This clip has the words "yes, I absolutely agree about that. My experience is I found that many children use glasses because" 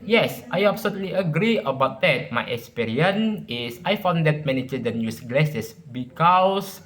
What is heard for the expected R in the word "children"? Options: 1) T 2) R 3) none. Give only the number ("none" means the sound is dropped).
3